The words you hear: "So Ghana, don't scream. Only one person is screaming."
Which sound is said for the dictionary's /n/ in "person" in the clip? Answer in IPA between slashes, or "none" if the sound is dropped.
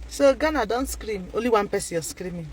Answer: none